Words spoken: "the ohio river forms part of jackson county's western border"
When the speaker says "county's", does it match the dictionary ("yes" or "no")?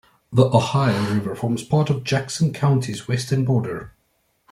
yes